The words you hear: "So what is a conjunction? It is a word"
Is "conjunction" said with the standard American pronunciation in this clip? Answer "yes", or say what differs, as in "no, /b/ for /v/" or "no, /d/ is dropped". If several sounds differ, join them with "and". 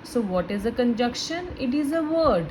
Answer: no, /ŋ/ is dropped